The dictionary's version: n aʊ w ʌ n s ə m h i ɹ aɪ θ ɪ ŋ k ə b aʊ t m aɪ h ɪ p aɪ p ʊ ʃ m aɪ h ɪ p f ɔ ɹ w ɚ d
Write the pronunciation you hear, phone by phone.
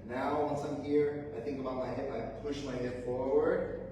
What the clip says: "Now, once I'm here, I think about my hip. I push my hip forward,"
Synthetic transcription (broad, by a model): n aʊ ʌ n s ə m h i ɹ aɪ θ ɪ ŋ k ə b aʊ t m aɪ h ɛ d aɪ p ʊ ʃ m aɪ h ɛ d f ɔ ɹ w ɚ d